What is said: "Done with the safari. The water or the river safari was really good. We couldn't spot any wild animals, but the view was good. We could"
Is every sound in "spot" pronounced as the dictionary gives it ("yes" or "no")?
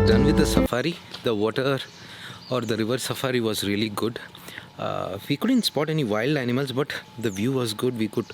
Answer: yes